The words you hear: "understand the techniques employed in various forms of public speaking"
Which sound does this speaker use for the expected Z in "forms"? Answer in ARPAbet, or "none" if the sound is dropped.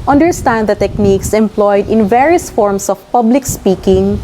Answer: S